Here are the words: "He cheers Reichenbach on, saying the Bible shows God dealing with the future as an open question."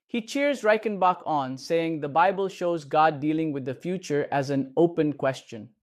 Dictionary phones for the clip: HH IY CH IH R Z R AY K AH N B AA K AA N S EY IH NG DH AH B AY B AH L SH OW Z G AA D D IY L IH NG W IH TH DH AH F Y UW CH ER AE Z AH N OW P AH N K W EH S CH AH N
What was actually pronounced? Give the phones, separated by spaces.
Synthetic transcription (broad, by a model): HH IY CH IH R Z R AY K AH N B AA K AA N S EY IH NG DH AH B AY B AH L SH OW Z G AA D D IY L IH NG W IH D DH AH F Y UW CH ER AE Z AH N OW P AH N K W EH S CH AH N